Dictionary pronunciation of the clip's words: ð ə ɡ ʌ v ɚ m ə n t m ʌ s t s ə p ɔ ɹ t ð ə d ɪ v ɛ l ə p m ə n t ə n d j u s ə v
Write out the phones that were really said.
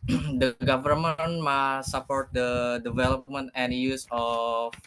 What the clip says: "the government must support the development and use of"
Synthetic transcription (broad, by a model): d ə ɡ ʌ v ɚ m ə n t m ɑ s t s ə p ɔ ɹ t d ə d ɪ v ɛ l ə p m ə n t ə n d j u s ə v